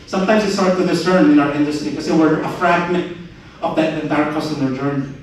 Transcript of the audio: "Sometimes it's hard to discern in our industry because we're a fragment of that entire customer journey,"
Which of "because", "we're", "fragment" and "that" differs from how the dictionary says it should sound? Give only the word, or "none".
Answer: because